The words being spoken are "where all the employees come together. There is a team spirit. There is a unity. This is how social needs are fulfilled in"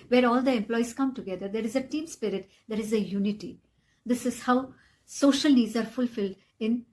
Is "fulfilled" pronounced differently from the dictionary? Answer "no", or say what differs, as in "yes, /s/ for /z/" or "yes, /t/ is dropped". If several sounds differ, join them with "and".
no